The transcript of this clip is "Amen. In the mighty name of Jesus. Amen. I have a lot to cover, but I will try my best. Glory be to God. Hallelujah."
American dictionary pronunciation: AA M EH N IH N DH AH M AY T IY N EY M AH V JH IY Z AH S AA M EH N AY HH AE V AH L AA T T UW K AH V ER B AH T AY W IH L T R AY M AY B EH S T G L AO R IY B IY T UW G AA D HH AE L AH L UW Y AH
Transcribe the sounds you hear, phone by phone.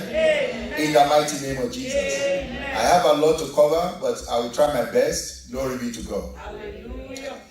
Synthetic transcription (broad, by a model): IH N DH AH M AY T IY N EY M AH V JH IY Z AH S AA IH HH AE V AH L AA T T UW K AH V ER B AH T AY W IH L T R AY M AY B EH S T G L AO R IY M IY T UW G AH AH